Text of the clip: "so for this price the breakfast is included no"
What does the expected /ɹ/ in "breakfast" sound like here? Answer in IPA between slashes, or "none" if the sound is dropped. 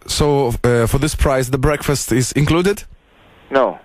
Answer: /ɹ/